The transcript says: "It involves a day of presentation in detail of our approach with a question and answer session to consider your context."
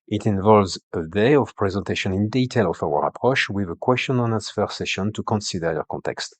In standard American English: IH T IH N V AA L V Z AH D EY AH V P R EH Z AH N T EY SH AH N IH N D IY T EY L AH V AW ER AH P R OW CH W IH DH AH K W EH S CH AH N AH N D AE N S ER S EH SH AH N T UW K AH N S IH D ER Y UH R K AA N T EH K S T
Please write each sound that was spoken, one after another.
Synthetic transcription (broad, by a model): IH T IH N V AA L V Z AH D EY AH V P R EH Z AH N T EY SH AH N IH N D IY T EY L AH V AW ER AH P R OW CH W IH DH AH K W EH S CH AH N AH N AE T S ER S EH SH AH N T UW K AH N S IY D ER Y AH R K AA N T EH K S T